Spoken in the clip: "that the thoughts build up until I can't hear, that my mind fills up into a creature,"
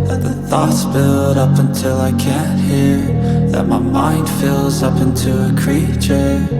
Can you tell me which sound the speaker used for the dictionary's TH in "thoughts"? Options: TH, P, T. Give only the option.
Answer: TH